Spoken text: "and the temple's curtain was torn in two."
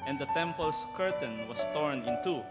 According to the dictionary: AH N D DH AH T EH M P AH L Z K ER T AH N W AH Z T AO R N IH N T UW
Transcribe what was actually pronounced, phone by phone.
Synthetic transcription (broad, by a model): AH N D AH T EH M P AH L S K ER T AH N W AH S T AO R N IH N T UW